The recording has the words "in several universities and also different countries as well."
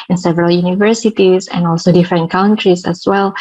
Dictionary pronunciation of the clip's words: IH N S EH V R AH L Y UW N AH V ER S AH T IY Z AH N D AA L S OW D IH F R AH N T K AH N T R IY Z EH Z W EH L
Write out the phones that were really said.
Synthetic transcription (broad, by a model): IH N S EH V R AH L Y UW N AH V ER S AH T IY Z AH N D AA L S OW D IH F R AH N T K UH N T R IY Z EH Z W EH L